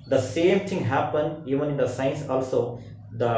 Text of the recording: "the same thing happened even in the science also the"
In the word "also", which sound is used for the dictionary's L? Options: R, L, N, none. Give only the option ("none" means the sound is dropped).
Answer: L